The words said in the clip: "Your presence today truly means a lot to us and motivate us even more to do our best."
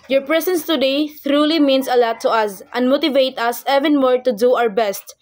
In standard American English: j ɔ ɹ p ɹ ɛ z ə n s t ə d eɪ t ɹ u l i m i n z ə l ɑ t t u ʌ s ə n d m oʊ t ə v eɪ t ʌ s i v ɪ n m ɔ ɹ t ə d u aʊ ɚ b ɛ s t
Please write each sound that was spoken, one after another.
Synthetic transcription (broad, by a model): j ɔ ɹ p ɹ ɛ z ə n s t ə d eɪ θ ɹ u l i m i n s ə l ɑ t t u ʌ s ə n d m oʊ t ə v eɪ t ʌ s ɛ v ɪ n m ɔ ɹ t ə d u aʊ ɚ b ɛ s t